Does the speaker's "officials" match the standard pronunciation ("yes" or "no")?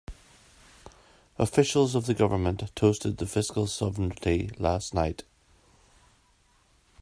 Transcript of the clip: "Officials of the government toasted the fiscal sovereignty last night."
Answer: yes